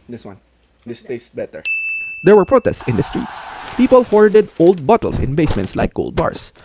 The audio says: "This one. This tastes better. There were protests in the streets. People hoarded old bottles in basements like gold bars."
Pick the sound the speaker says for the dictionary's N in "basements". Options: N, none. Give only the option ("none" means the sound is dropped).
N